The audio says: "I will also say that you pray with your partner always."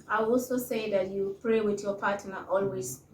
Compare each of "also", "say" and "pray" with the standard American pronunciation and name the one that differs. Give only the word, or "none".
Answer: none